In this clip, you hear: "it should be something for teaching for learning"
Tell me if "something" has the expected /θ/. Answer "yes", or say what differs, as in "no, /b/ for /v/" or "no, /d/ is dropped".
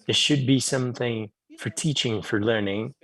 yes